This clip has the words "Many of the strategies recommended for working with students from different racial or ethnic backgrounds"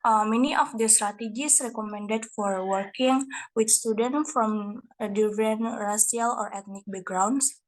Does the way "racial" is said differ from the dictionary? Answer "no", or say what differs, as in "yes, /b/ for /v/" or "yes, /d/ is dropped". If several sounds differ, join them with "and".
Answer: yes, /s/ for /ʃ/